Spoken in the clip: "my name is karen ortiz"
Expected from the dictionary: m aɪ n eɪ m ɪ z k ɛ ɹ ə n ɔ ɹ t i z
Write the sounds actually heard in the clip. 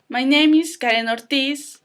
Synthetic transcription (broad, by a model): m aɪ n eɪ m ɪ s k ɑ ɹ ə n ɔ ɹ t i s